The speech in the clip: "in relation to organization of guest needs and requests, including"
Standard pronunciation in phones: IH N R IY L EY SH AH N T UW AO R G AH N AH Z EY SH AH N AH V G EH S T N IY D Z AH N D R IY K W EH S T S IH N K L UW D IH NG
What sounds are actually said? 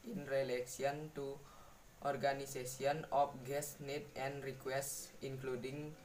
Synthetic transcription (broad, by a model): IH N R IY L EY S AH N T UW AO R G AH N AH S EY S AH N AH F G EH S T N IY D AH N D R IY K W EH S T S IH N K L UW D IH NG